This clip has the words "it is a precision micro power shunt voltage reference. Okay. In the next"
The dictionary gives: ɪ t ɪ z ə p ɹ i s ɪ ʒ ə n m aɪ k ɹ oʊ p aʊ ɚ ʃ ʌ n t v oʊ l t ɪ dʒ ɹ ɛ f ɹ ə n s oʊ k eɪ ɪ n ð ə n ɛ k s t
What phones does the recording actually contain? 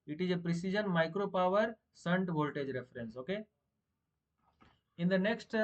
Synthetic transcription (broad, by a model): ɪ t ɪ z ə p ɹ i s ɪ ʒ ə n m aɪ k ɹ oʊ p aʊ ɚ s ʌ n t v oʊ l t ɪ dʒ ɹ ɛ f ɹ ə n s oʊ k eɪ ɪ n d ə n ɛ k s t